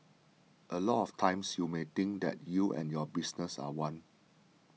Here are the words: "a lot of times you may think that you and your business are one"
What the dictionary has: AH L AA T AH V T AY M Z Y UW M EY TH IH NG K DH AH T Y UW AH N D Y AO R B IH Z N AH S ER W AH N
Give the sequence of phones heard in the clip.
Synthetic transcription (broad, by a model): AH L AA T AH F T AY M S Y UW M EY T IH NG K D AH T Y UW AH N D Y AO B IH S N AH S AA W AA N